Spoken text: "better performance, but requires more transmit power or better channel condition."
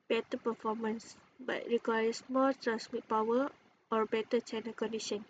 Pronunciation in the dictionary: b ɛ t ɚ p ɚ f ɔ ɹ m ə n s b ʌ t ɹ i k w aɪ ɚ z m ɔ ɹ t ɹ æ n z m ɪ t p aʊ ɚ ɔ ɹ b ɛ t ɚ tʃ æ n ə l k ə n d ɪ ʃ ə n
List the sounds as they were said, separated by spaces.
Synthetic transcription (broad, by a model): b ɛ t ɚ p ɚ f ɔ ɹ m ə n s b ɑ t ɹ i k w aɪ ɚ s m ɔ l t ɹ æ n s m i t p aʊ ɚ ɔ ɹ b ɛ t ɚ tʃ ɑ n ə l k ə n d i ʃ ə n